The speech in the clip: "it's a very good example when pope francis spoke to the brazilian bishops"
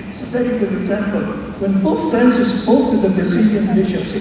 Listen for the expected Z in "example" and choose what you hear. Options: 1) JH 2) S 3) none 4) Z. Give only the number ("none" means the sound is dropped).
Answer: 4